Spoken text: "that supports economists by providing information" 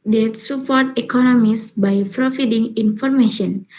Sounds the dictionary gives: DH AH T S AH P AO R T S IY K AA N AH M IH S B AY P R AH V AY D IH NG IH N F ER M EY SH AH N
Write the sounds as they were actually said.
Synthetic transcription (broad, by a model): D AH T S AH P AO R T IY K AA N AH M IH S B AY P R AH F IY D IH NG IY N F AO M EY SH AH N